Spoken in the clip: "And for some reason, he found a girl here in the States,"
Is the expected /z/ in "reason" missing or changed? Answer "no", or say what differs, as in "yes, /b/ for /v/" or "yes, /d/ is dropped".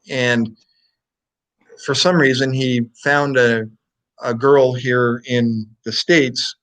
no